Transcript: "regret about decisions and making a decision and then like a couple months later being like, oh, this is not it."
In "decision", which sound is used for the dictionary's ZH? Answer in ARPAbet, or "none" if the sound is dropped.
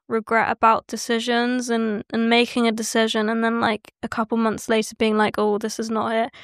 ZH